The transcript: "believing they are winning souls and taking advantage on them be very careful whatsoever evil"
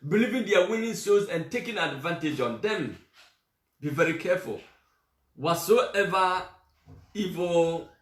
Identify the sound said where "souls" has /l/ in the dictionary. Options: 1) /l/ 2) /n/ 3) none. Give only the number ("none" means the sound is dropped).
3